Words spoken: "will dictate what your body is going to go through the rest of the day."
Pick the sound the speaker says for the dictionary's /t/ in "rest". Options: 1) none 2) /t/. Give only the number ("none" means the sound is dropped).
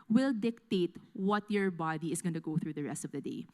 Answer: 2